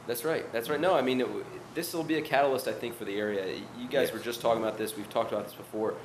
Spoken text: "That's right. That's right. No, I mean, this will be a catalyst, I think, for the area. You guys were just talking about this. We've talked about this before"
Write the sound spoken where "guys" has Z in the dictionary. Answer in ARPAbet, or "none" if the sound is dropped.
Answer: Z